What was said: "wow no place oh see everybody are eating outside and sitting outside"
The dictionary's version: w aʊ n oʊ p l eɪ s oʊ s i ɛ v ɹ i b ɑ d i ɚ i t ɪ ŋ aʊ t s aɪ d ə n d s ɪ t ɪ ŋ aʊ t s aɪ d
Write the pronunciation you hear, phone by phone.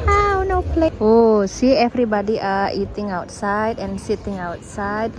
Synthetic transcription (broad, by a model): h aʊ n oʊ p l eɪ oʊ s i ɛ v ɹ i b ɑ d i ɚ i t ɪ ŋ aʊ t s aɪ d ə n s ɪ t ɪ ŋ aʊ t s aɪ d